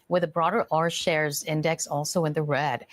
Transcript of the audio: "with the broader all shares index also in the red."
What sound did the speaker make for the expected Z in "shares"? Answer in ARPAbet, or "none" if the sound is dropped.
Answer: Z